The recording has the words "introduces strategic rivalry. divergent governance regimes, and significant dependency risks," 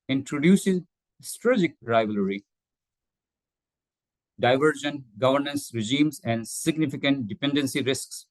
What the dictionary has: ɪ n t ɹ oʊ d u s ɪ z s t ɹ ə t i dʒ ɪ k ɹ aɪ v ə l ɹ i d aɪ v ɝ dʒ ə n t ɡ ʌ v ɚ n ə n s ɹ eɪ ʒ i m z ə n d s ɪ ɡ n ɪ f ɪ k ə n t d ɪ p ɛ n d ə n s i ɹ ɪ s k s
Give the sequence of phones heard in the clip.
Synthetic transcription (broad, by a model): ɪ n t ɹ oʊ d u s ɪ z s t ɹ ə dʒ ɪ k ɹ aɪ v ə l ɹ i d aɪ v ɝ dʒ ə n ɡ ʌ v ɚ n ə n s ɹ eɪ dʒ i m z ə n d s ɪ ɡ n ɪ f ɪ k ə n t d ɪ p ɛ n d ə n s i ɹ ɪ s k s